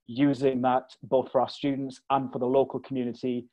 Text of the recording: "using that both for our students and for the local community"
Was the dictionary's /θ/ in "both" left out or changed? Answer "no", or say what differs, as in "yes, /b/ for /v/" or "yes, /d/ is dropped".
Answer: no